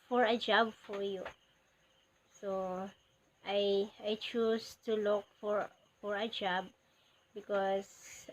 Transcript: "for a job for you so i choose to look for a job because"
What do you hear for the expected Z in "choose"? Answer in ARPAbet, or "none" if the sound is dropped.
S